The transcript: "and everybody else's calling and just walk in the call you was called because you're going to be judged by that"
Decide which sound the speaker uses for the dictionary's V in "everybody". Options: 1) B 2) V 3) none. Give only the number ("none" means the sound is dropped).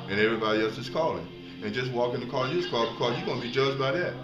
2